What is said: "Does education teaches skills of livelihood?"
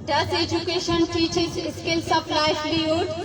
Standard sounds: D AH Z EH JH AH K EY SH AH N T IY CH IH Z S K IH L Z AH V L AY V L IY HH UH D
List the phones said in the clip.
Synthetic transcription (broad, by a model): D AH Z EH JH AH K EY SH AH N T IY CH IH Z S K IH L S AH P L AY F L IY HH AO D